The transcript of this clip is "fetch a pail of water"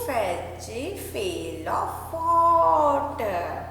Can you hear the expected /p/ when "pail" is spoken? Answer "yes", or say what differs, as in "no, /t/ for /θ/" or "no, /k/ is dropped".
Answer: no, /f/ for /p/